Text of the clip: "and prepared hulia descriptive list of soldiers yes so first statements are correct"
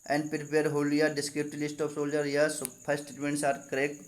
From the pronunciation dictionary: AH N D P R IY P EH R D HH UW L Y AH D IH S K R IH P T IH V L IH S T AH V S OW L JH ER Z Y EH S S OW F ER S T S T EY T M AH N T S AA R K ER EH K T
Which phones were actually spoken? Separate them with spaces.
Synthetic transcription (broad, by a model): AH N D P R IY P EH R D HH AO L Y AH D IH S K R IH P T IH L IH S T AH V S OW L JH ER Y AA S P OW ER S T S T EY T M AH N T S AA R K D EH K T